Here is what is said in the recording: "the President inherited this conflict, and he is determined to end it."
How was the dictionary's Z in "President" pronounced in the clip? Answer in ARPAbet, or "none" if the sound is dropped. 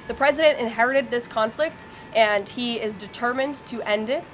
Z